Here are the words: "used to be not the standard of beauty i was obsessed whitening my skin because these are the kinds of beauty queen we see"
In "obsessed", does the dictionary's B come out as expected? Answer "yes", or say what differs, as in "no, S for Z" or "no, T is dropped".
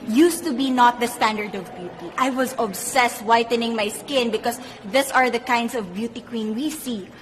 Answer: yes